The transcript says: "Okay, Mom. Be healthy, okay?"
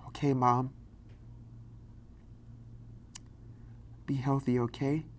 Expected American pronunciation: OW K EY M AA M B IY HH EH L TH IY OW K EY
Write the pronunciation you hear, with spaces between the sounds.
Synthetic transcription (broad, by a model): OW K EY M AA M B IY HH EH L TH IY OW K EY